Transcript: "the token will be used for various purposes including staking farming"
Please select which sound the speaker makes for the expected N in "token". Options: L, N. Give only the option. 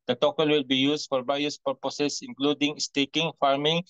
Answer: L